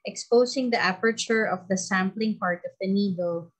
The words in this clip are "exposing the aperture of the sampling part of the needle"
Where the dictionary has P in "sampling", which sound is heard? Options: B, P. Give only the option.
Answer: P